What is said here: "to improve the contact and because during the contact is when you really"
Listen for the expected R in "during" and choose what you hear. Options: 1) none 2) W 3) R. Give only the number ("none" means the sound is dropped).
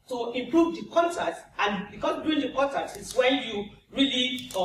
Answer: 1